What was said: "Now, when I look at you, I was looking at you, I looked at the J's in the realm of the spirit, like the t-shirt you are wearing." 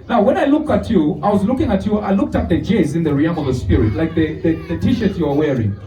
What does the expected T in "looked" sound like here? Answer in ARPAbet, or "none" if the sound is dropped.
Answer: T